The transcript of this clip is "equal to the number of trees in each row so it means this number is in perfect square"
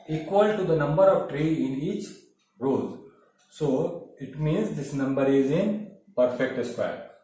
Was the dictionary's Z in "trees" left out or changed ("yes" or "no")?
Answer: yes